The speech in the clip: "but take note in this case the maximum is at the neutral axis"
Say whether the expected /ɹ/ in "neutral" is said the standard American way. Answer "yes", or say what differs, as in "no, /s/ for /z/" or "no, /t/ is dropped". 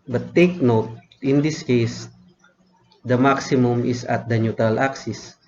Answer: no, /ɹ/ is dropped